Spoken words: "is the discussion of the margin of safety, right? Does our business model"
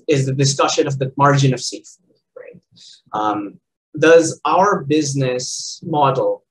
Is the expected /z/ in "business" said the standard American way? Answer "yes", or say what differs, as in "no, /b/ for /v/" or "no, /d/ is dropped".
yes